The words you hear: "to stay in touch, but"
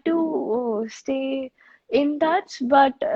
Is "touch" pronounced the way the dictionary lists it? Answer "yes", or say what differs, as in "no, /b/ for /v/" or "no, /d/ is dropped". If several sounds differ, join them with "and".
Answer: no, /s/ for /tʃ/